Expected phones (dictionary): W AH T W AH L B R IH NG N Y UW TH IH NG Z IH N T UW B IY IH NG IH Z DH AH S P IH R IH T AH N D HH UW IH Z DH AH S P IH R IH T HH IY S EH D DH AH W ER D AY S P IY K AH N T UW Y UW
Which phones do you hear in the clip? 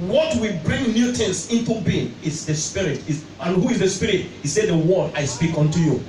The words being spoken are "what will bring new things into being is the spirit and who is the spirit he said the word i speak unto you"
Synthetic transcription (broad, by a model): W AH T W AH B R IH NG N Y UW T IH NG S IH N T UW B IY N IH S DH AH S P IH R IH T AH N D HH UW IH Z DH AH S P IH R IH T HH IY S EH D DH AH W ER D AY S P IY K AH N T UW Y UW